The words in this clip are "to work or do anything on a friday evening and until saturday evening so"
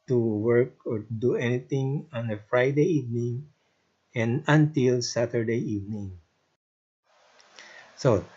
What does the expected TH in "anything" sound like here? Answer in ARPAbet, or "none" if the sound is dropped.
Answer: T